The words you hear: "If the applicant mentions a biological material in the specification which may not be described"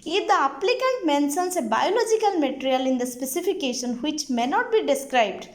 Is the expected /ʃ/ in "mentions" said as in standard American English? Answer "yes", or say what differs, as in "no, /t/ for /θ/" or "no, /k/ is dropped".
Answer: no, /s/ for /ʃ/